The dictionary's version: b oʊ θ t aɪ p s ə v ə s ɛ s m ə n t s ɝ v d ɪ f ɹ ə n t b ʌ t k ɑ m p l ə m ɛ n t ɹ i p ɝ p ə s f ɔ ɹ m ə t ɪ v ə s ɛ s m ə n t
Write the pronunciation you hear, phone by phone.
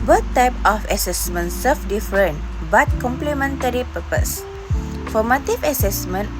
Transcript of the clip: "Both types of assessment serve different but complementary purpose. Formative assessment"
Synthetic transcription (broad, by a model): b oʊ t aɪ p ə f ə s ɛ s m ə n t s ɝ f d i f ɹ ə n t b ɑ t k ɑ m p l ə m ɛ n t ɹ i p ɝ p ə s f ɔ m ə t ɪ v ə s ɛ s m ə n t